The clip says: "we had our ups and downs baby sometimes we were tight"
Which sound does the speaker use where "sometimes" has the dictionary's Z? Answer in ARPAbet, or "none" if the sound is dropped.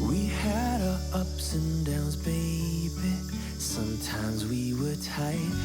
Z